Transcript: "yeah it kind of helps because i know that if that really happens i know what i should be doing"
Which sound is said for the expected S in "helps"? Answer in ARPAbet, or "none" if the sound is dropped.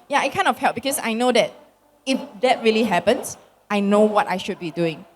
none